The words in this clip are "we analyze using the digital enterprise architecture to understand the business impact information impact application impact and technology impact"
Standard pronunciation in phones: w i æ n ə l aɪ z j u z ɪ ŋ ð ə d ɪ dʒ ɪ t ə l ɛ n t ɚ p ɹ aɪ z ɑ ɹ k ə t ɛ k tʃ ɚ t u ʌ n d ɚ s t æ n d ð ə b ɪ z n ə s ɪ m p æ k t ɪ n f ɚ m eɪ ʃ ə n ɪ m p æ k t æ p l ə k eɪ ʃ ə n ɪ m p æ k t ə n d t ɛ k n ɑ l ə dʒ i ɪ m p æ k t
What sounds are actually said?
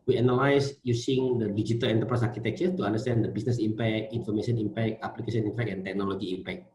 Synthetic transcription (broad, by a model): w i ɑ n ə l aɪ s j u s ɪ ŋ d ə d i dʒ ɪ t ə l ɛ n t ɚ p ɹ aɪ s ɑ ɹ k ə t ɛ k tʃ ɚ t u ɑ n d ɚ s t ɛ n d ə b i s n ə s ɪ m p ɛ k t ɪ n f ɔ m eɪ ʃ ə n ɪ m p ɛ k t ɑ p l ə k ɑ s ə n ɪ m p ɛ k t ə n t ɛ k n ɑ l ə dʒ i m p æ k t